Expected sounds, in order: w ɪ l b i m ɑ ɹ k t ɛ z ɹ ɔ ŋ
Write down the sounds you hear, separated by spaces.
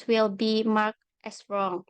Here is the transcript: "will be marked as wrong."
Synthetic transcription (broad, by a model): w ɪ l b i m ɑ ɹ k t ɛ s ɹ ɔ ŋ